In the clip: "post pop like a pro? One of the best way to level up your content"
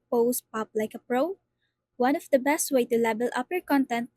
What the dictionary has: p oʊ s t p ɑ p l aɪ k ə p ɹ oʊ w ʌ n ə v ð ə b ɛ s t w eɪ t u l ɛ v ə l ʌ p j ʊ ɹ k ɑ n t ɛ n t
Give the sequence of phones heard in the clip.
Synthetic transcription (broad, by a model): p oʊ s p ɑ p l aɪ k ə p ɹ oʊ w ʌ n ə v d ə b ɛ s t w eɪ t u l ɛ b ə l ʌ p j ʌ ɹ k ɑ n t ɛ n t